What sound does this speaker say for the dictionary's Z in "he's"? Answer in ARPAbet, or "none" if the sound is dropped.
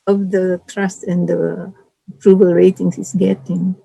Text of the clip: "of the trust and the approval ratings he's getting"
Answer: S